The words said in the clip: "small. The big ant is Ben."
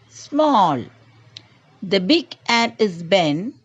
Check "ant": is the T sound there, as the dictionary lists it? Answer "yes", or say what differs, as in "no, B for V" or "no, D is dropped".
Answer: no, T is dropped